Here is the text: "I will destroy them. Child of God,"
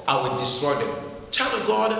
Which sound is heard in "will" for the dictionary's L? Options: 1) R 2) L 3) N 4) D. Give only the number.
3